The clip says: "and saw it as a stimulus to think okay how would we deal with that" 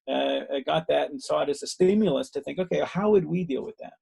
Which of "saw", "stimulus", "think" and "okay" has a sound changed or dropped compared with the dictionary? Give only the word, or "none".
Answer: none